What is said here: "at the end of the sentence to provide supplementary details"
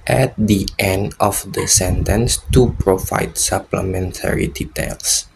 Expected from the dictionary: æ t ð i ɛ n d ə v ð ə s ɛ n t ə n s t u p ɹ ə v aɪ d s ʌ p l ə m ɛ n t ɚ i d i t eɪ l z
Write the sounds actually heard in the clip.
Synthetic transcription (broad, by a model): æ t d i ɛ n d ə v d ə s ɛ n t ə n s t u p ɹ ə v aɪ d s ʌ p l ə m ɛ n t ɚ i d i t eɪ l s